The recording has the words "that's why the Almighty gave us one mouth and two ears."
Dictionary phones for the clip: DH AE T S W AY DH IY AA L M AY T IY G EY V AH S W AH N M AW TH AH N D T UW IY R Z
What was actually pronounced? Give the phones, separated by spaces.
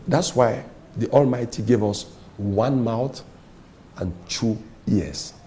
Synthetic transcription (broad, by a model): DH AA T S W AY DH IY AA L M AY T IY G EY V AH S W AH N M AW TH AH N T UW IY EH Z